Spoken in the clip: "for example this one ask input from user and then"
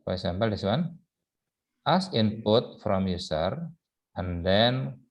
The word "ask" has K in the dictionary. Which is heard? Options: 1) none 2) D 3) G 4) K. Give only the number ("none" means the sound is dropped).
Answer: 1